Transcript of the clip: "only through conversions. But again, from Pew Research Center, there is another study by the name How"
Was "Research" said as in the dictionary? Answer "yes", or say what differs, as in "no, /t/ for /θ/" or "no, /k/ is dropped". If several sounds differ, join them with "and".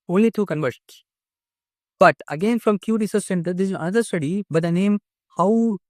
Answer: no, /s/ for /tʃ/